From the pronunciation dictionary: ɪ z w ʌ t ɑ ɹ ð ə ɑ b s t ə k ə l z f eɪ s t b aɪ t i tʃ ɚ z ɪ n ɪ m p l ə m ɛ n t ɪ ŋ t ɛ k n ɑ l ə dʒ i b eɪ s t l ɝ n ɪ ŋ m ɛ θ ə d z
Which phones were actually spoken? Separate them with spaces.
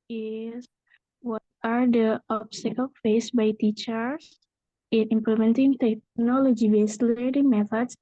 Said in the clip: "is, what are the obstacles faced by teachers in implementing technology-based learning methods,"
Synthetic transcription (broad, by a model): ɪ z w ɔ t ɑ ɹ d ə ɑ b s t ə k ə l f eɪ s b aɪ t i tʃ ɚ s ɪ n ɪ m p l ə m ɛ n t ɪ ŋ t ɛ k n ɑ l ə dʒ i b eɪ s l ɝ ɪ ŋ m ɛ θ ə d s